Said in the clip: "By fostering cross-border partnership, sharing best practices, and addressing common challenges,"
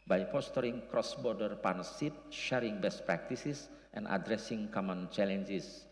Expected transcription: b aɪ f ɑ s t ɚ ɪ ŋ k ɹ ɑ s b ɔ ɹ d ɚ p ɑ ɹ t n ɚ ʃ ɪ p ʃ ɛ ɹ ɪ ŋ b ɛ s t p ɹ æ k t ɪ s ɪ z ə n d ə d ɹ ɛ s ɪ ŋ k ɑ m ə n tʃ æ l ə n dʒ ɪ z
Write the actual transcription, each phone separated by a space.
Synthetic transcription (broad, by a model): b aɪ p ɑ s t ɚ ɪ ŋ k ɹ ɑ s b ɔ ɹ d ɚ p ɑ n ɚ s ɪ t ʃ ɛ ɹ ɪ ŋ b ɛ s t p ɹ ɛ k t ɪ s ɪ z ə n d ə d ɹ ɛ s ɪ ŋ k ɑ m ə n tʃ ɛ l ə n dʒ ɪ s